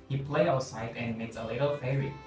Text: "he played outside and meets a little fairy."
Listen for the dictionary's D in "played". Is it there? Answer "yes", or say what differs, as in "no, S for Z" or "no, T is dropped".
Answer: no, D is dropped